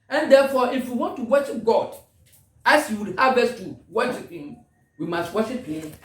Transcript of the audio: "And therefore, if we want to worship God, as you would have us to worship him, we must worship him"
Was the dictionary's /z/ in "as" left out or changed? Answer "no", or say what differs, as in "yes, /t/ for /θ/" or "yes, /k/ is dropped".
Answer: yes, /s/ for /z/